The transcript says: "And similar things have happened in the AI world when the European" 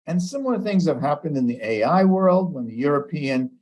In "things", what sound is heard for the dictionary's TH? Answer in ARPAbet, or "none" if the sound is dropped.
TH